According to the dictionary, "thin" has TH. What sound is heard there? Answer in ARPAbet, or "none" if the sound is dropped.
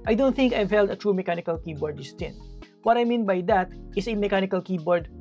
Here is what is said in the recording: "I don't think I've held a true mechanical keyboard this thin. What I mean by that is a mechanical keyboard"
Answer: T